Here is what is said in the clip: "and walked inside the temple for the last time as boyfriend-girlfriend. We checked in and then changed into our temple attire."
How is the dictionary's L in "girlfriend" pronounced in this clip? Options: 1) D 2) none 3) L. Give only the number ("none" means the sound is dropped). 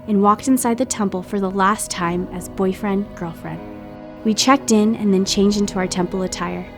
3